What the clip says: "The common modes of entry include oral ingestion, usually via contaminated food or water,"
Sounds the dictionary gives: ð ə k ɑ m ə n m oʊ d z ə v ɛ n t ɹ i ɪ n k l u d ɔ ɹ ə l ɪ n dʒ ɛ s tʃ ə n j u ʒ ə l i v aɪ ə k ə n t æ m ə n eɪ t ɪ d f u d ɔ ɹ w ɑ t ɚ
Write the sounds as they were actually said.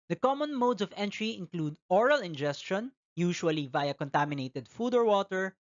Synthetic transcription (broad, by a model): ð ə k ɑ m ə n m oʊ d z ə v ɛ n t ɹ i ɪ n k l u d ɔ ɹ ə l ɪ n dʒ ɛ s tʃ ə n j u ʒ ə l i v aɪ ə k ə n t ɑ m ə n eɪ t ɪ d f u d ɔ ɹ w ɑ t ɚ